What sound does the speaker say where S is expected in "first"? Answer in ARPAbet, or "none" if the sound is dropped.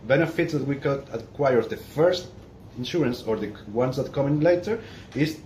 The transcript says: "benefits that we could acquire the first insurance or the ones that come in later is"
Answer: S